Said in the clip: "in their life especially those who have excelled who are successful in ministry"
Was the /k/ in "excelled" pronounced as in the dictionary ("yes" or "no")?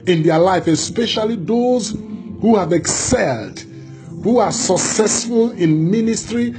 yes